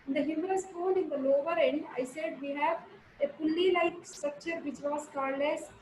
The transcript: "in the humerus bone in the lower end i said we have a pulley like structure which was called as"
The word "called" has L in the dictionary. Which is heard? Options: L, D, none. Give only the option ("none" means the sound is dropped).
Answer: none